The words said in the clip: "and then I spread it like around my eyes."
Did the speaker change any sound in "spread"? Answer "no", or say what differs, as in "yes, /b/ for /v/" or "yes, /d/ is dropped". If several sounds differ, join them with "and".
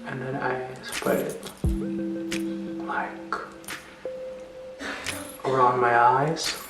yes, /ɹ/ is dropped and /d/ is dropped